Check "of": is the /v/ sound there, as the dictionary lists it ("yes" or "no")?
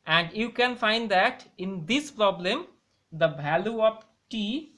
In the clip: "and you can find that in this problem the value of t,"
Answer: no